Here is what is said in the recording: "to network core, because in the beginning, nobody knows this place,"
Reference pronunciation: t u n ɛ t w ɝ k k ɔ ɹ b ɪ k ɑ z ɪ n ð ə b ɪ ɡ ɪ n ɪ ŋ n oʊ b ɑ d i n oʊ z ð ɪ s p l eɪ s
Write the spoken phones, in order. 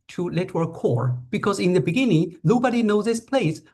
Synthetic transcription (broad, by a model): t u l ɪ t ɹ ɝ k k ɔ ɹ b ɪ k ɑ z ɪ n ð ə b ɪ ɡ ɪ n ɪ ŋ n oʊ b ɑ d i n oʊ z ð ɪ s p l eɪ s